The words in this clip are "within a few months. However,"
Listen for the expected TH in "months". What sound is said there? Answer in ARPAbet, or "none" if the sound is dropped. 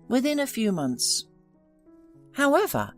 TH